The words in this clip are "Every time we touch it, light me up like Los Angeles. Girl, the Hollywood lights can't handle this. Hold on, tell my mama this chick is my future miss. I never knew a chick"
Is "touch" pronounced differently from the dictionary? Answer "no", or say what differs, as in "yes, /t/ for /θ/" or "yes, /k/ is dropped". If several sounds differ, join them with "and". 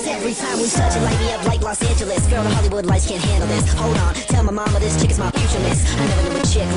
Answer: yes, /s/ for /t/